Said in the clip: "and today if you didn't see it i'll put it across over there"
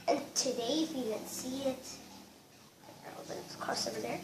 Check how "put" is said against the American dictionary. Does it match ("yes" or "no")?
no